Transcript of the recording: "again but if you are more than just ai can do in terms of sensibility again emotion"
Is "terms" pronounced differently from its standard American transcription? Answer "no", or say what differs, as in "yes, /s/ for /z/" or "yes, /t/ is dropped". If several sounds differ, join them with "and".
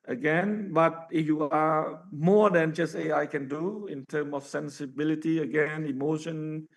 yes, /z/ is dropped